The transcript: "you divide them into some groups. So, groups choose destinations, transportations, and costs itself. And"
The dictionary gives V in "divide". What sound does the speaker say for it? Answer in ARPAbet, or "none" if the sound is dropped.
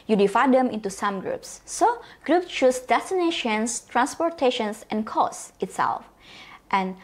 F